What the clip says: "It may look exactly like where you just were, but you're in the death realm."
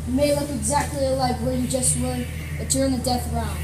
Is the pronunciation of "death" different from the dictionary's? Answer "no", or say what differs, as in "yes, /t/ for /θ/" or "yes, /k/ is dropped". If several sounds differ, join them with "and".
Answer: no